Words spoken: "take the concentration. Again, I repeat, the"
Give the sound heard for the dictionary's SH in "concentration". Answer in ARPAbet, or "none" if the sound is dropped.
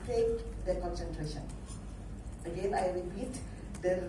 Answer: SH